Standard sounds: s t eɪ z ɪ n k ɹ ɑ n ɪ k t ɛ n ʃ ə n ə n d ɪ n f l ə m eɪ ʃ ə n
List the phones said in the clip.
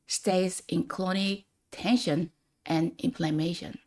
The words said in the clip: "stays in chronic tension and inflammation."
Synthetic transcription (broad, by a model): s t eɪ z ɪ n k l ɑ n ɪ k t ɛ n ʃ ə n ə n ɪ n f l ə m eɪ ʃ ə n